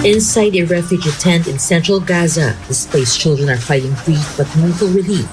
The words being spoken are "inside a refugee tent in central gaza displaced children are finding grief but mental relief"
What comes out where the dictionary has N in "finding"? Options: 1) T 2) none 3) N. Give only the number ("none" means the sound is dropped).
2